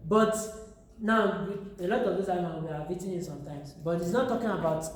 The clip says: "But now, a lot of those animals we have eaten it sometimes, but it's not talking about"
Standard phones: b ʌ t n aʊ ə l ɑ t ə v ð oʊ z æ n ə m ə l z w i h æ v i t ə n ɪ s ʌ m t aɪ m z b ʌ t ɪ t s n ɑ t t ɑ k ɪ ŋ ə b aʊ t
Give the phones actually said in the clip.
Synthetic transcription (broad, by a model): b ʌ t n aʊ ə l ɑ t ə v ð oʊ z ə ə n w i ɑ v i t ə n ɪ s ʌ m t aɪ m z b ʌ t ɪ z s n ɑ t t ɑ k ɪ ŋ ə b aʊ t